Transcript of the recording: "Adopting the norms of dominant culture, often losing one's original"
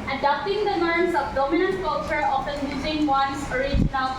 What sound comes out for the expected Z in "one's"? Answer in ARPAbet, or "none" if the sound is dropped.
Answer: S